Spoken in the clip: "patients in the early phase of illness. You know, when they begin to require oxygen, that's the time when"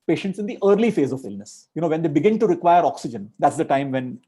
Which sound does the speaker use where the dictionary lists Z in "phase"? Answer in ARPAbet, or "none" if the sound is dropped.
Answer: Z